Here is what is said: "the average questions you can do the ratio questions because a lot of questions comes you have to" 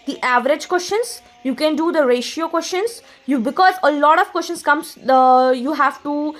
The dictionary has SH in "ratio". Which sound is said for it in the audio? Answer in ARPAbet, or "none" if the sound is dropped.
SH